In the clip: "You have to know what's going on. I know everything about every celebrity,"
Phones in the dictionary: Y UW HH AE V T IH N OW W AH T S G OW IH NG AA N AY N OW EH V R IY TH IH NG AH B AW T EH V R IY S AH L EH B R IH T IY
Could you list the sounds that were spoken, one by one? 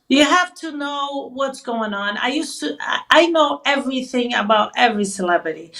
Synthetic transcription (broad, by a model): Y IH HH AE F T IH N OW W AH T S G OW IH NG AA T AY N OW EH V R IY TH IH NG AH B AW T EH V R IY S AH L EH B R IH T IY